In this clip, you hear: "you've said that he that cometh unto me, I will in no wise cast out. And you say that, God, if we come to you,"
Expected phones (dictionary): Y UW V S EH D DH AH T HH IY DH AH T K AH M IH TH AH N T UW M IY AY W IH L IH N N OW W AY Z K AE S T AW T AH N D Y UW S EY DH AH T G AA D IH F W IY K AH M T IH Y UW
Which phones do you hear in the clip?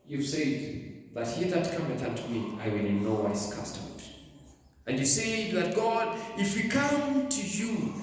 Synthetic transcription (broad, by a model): Y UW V S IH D DH AH T HH IY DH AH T K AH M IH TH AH T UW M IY AY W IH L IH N N OW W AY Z K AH S T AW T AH N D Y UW S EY DH AH T G AA D IH F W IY K AH M T IH Y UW